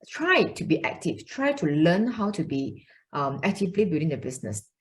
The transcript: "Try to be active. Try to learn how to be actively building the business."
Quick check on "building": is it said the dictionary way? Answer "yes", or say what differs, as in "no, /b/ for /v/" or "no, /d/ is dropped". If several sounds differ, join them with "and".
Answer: no, /l/ is dropped